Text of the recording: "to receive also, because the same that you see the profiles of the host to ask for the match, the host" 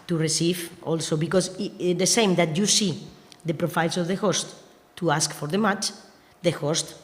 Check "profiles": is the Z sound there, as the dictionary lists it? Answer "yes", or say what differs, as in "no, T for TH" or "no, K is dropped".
no, S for Z